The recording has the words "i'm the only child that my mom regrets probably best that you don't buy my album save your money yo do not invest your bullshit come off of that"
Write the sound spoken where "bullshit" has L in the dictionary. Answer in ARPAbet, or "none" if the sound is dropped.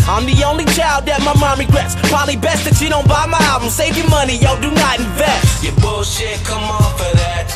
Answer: none